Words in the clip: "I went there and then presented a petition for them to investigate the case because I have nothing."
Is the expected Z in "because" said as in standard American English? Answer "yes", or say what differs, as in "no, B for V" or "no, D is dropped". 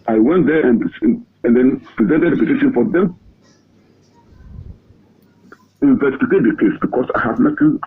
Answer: no, S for Z